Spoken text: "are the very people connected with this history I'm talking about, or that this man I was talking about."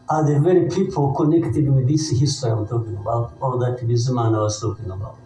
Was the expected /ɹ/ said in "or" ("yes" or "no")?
no